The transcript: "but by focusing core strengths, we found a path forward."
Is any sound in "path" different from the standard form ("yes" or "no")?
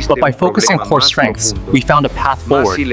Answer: no